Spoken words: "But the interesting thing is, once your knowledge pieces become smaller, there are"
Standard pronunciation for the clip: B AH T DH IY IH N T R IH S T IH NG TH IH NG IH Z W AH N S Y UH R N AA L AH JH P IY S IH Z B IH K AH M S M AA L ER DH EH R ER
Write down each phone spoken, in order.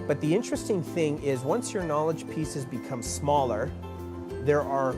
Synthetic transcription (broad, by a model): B AH T DH IY IH N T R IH S T IH NG TH IH NG IH Z W AH N S Y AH R N AA L AH JH P IY S IH Z B IH K AH M S M AA L ER DH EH R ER